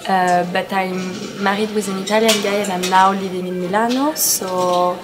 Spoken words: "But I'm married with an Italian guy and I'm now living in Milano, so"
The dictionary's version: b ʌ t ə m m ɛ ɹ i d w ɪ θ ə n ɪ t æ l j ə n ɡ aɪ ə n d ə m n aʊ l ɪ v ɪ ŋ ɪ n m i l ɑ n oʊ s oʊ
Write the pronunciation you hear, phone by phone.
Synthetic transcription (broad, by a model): b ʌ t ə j m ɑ ɹ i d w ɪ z ə n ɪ t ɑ l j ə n ɡ aɪ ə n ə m l aʊ l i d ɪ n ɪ m i l ɑ n oʊ s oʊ